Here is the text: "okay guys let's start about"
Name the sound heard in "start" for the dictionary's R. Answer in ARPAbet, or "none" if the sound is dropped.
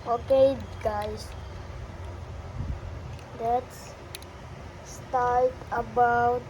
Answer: L